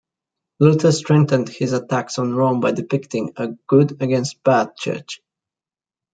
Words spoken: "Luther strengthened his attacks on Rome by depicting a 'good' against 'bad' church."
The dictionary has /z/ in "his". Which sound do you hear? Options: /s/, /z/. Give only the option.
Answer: /z/